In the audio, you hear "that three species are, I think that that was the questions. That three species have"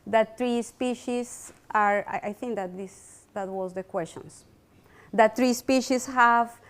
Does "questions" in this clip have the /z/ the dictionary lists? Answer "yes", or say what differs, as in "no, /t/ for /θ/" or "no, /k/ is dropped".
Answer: no, /s/ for /z/